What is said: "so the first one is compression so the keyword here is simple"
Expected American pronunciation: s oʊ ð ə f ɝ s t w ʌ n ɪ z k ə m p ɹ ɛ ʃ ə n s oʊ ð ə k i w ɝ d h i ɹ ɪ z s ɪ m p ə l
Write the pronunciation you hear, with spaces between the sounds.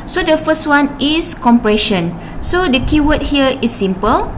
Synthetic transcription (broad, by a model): s oʊ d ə f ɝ s t w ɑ n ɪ s k ə m p ɹ ɛ ʃ ə n s oʊ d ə k i w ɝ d h i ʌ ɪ s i m p ə l